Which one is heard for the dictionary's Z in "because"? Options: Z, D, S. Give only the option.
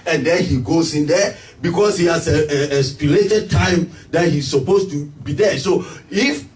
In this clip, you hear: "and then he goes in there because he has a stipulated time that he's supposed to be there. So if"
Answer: S